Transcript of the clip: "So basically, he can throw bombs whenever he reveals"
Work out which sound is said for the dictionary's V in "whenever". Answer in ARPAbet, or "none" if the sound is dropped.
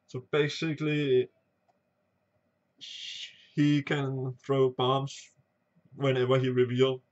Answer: W